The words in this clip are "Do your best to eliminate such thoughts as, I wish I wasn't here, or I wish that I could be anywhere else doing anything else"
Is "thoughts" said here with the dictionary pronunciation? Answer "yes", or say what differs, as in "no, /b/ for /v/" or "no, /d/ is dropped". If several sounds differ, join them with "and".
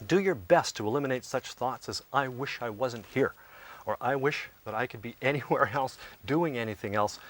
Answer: yes